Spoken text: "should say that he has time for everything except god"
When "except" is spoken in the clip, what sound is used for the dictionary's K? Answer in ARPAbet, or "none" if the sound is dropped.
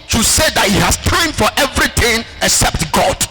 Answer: K